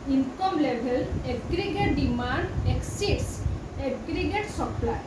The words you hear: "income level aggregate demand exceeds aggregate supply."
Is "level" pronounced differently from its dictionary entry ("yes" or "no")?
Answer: yes